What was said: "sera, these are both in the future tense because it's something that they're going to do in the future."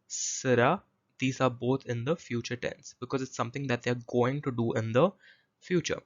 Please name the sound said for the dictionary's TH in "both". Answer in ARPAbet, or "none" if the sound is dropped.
T